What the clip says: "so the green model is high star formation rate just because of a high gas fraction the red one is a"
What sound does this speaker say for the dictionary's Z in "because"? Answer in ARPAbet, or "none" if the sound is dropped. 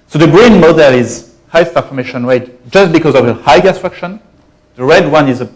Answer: Z